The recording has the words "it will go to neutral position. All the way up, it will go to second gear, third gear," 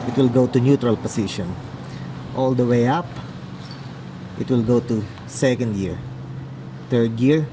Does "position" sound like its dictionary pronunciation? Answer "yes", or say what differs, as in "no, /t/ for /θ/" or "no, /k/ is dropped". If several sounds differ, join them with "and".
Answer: no, /s/ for /z/